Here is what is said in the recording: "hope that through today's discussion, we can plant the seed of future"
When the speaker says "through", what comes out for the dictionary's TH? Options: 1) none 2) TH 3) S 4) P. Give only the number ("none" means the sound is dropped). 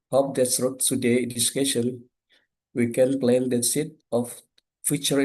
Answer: 3